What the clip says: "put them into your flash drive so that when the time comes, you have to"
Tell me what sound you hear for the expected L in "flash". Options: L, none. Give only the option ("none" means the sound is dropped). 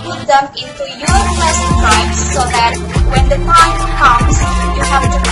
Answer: none